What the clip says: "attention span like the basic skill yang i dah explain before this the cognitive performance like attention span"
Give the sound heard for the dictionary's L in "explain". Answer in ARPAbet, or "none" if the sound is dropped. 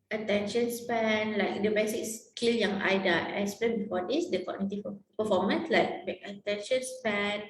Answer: none